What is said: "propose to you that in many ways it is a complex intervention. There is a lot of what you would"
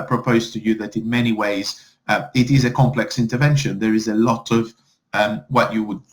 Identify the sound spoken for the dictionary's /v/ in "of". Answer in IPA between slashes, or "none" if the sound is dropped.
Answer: /v/